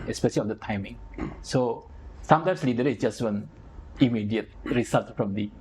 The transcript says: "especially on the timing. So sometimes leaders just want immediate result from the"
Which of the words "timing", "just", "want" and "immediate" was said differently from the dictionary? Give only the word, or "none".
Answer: want